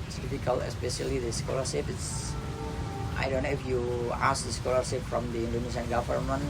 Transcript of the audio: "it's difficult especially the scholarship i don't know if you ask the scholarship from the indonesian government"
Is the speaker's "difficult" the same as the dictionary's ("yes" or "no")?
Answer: no